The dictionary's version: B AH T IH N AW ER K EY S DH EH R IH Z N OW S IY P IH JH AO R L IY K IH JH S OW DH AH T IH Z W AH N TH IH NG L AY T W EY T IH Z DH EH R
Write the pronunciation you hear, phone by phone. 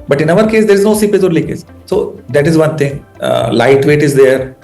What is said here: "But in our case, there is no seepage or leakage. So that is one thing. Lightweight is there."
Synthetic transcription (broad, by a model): B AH T IH N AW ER K EY S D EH R IH Z N OW S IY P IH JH AO R L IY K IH Z S OW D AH T IH Z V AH N T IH NG L AY T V EY T IH Z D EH R